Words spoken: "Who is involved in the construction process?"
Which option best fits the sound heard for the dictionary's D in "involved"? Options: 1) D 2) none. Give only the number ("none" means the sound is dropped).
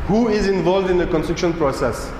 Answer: 1